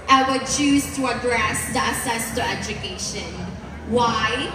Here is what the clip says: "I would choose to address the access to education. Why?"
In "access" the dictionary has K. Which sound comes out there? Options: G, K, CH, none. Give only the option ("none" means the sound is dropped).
none